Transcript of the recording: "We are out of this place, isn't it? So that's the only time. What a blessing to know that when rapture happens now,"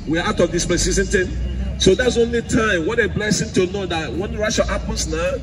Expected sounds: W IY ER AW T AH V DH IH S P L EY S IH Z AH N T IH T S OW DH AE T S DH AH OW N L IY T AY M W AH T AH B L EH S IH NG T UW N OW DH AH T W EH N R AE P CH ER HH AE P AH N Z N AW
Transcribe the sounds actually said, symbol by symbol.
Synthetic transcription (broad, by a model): W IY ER AW T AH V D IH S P EY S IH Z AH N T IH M S OW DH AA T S OW N L IY T AY M W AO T AH B L EH S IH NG T UW N OW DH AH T W EH N R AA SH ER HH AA P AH N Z N AW